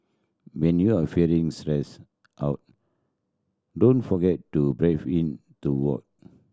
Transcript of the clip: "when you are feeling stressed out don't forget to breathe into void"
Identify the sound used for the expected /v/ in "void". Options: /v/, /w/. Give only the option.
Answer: /w/